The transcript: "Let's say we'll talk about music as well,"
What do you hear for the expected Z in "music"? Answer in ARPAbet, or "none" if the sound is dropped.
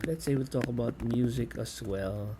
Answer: Z